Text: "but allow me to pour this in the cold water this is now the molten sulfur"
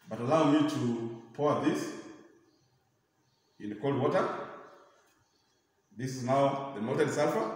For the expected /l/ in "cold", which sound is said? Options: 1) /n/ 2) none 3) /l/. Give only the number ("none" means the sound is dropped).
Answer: 3